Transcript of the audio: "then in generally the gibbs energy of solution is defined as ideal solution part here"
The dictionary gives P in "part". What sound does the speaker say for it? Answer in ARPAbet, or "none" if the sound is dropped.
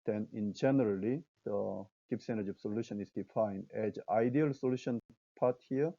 P